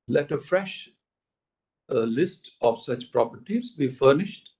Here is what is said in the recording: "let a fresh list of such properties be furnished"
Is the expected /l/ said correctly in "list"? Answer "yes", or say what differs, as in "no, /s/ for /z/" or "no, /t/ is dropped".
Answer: yes